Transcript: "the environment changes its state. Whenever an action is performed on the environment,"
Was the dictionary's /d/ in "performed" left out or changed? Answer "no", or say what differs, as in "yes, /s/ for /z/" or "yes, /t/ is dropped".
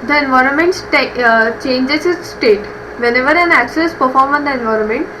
yes, /d/ is dropped